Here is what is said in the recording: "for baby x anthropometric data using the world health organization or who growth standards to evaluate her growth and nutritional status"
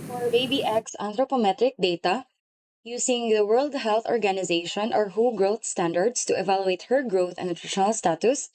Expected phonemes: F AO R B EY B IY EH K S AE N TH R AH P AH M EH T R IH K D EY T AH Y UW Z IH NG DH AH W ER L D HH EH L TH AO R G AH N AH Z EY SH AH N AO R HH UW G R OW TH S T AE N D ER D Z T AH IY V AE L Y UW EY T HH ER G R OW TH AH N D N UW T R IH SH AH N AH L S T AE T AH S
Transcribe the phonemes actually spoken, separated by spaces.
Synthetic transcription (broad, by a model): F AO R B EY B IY EH K S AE N T R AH P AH M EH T R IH K D EY T AH Y UW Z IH NG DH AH W ER L D HH EH L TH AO R G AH N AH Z EY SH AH N AO R HH UW G R OW TH S T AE N D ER D S T AH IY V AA L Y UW EY T HH ER G R OW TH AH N N UW T R IH SH AH N AH L S T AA T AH S